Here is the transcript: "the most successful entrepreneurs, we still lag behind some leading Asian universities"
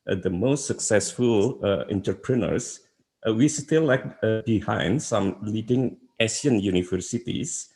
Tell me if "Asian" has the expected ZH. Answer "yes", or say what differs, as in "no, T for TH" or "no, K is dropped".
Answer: no, S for ZH